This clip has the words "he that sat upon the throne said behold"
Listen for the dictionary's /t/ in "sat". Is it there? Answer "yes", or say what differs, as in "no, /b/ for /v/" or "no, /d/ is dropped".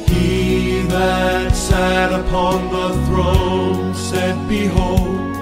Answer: yes